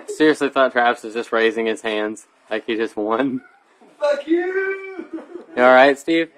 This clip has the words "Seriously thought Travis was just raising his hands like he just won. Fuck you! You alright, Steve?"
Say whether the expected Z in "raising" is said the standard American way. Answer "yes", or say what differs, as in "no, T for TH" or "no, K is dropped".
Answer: yes